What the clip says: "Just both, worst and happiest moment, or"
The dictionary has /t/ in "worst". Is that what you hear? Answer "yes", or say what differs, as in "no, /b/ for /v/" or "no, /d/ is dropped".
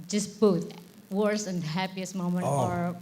no, /t/ is dropped